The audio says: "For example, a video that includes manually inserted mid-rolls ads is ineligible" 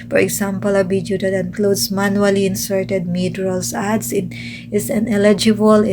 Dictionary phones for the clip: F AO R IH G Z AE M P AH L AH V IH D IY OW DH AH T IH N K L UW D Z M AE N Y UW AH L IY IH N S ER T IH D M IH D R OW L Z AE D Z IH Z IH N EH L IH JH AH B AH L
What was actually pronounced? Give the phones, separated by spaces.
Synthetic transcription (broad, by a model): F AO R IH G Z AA M P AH L AH B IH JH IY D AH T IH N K L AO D S M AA N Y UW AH L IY IH N S ER T IH D M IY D R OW L S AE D S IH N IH N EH L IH JH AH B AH L